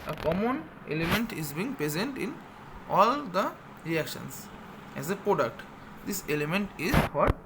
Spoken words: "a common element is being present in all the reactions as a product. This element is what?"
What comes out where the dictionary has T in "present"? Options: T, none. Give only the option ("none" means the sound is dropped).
T